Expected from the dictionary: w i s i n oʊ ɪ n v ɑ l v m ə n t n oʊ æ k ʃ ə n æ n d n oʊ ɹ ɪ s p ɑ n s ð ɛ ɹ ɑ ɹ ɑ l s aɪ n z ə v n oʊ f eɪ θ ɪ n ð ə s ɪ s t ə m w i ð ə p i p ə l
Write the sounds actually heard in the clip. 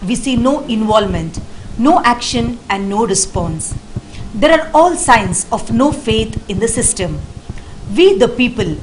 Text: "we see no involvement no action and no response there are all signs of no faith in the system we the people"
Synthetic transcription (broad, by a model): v i s i n oʊ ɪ n v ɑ l m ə n t n oʊ æ k ʃ ə n æ n d n oʊ ɹ ɪ s p ɑ n s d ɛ ɹ ɑ ɹ ɑ l s aɪ n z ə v n oʊ f eɪ t ɪ n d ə s ɪ s t ə m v i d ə p i p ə l